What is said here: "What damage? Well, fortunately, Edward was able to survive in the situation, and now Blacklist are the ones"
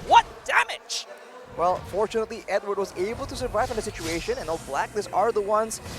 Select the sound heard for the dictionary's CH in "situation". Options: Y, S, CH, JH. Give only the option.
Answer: CH